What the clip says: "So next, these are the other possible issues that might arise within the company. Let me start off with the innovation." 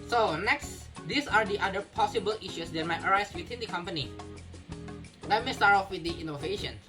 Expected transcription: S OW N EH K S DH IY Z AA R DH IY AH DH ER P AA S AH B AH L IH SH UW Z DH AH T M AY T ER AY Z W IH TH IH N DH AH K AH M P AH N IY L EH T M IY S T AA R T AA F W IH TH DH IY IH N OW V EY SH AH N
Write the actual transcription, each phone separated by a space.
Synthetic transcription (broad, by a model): S OW N EH K S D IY S AA R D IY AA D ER P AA S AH B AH L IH SH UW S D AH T M AY T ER AY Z W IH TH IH N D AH K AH M P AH N IY L EH T M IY S T AA R T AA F W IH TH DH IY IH N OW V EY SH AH N